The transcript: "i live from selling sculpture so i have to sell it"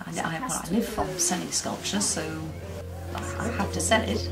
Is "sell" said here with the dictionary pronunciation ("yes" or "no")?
no